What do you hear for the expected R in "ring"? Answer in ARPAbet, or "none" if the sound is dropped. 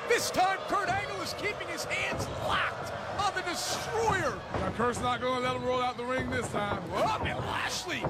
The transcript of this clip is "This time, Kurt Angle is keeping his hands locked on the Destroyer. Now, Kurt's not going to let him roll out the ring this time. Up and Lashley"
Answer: R